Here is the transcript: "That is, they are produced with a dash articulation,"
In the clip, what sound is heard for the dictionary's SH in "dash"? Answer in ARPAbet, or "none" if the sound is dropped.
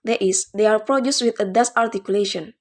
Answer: S